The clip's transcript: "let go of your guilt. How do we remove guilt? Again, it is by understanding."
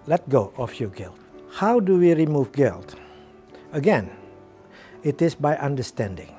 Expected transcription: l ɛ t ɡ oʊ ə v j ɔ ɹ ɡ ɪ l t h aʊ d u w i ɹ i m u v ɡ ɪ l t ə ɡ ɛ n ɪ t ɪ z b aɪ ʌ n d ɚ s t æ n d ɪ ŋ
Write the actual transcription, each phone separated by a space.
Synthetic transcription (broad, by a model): l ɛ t ɡ oʊ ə f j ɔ ɡ ɪ l t h aʊ d u w i ɹ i m u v ɡ ɪ l t ə ɡ ɛ n ɪ t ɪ s b aɪ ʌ n d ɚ s t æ n d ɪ ŋ